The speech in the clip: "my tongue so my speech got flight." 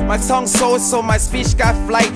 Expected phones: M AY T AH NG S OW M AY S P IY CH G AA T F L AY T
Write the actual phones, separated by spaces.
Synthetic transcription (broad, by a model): M AY S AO NG S OW M AY S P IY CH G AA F L AY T